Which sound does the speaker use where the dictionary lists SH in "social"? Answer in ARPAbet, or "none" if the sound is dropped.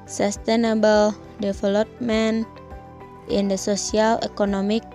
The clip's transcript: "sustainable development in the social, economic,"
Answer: S